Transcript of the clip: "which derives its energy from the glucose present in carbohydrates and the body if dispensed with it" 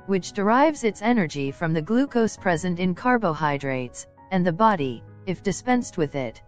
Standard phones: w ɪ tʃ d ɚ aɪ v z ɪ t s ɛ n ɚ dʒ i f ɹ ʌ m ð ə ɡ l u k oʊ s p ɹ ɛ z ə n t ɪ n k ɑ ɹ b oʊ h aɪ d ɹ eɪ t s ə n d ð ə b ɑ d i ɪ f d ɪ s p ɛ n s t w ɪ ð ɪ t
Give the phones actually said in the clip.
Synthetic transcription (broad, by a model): w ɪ tʃ d ɚ aɪ v z ɪ t s ɛ n ɚ dʒ i f ɹ ʌ m ð ə ɡ l u k oʊ s p ɹ ɛ z ə n t ɪ n k ɑ ɹ b oʊ h aɪ d ɹ eɪ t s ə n ð ə b ɑ d i ɪ f d ɪ s p ɛ n s t w ɪ ð ɪ t